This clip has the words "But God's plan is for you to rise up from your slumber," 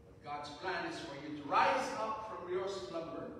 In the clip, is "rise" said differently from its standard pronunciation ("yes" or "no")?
no